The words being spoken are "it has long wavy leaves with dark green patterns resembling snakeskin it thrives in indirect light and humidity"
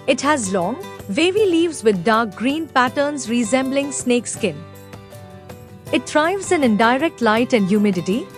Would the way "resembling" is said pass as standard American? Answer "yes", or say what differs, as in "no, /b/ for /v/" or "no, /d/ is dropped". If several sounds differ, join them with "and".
yes